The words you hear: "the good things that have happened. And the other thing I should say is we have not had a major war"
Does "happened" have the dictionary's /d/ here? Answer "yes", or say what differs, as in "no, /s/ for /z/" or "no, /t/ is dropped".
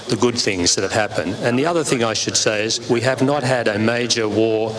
yes